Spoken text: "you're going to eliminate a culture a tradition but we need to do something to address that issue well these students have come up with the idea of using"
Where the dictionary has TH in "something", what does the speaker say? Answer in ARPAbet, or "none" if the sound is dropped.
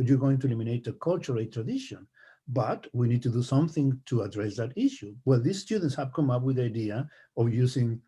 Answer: TH